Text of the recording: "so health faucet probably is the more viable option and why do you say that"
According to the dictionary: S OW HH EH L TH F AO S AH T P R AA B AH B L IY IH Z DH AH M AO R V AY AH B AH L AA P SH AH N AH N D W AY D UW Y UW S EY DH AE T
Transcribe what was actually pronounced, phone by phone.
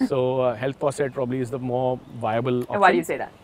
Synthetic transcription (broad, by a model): S OW HH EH L T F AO S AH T P R AA B AH B L IY IH Z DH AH M AO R V AY AH B AH L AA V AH AH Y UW S EY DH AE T